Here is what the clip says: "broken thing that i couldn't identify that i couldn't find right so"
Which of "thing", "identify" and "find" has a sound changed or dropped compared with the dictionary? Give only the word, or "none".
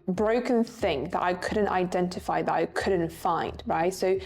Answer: none